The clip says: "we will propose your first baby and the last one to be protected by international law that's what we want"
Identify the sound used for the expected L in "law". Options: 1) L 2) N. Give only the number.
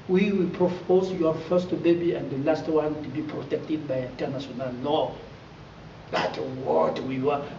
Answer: 2